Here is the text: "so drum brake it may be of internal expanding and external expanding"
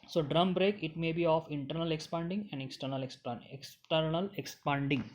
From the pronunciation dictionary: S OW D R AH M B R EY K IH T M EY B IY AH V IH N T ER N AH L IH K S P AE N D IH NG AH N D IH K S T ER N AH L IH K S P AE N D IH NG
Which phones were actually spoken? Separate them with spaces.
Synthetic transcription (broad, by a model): S OW D R AH M B R EY K IH T M EY B IY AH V IH N T ER N AH L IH K S P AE N D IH NG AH N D IH K S T ER N AH L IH K S P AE N D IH NG